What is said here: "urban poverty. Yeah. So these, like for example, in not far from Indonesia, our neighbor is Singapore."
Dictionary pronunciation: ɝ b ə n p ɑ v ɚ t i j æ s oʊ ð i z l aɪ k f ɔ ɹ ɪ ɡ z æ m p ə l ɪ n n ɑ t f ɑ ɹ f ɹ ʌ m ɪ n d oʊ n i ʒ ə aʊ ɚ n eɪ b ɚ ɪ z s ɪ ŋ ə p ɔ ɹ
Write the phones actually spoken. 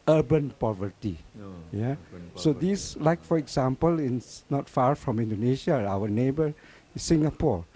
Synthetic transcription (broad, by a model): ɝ b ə n p ɑ v ɚ t i j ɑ s oʊ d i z l aɪ k f ɔ ɹ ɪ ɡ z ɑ m p ə l ɪ n n ɑ t f ɑ ɹ f ɹ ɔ m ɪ n d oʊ n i ʃ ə aʊ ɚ n eɪ b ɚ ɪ s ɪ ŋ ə p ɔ ɹ